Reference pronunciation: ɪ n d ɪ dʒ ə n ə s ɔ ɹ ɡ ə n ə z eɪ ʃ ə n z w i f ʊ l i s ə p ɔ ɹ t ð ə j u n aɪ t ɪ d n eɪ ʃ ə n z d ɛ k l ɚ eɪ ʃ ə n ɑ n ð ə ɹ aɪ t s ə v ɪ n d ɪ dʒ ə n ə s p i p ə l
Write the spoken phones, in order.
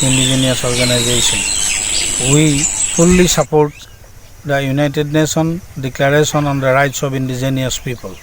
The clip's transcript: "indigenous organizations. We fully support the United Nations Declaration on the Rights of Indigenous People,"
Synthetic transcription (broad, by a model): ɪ n d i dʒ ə n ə s ɔ ɹ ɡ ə n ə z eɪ s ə n w i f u l i s ə p ɔ ɹ t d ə j u n aɪ t ɪ d n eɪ s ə n d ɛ k l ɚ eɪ s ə n ɑ n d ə ɹ aɪ t s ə b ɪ n d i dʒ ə n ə s p i p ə l